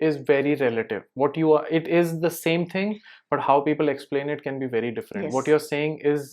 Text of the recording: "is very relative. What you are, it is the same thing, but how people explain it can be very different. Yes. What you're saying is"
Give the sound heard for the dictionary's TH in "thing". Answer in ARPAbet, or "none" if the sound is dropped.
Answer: T